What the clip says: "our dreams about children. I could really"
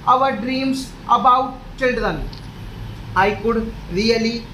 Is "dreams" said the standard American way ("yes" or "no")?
no